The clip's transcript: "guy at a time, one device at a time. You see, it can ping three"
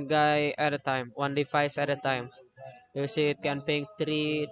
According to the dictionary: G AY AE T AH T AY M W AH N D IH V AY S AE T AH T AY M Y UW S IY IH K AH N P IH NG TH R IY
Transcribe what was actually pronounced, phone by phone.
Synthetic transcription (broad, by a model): G AY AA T AH T AY M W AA N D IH F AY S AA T AH T AY M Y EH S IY IH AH N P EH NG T R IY